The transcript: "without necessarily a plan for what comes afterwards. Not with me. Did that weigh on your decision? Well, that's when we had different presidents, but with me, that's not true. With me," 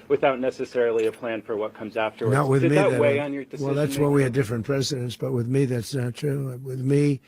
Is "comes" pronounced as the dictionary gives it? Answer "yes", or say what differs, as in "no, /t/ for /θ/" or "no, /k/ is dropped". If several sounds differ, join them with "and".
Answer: yes